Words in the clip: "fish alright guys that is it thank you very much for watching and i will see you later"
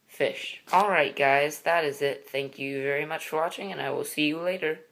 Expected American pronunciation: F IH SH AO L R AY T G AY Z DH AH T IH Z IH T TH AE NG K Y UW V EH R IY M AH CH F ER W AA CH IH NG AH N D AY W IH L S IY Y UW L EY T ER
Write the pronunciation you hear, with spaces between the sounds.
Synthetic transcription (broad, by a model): F IH SH AO L R AY T G AY Z DH AH T IH Z IH T TH AE NG K Y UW V EH R IY M AH CH F ER W AA CH IH NG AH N AY W IH L S IY Y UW L EY T ER